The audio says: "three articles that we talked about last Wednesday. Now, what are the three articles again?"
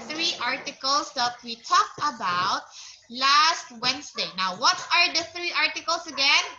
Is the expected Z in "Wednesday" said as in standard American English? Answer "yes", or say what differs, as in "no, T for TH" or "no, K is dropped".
no, S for Z